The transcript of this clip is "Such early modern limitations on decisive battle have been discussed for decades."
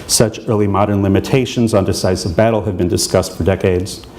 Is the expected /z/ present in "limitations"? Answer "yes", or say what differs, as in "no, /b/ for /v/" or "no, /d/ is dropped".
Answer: yes